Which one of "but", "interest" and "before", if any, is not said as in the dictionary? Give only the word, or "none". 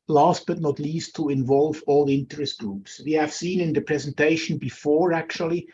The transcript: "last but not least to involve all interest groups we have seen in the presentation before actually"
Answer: none